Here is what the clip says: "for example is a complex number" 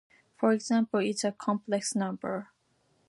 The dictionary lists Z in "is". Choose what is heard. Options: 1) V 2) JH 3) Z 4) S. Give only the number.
4